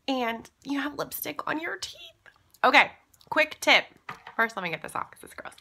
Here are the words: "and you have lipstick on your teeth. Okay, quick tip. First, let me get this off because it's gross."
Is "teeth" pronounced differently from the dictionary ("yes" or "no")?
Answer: no